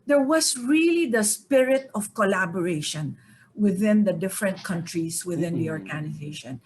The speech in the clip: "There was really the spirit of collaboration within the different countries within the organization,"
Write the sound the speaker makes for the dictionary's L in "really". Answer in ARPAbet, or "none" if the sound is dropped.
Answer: L